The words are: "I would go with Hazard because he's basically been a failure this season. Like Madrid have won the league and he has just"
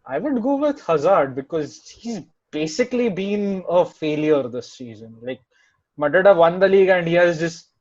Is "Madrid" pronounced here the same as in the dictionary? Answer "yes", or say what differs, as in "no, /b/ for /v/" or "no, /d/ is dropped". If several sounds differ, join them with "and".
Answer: no, /ɹ/ is dropped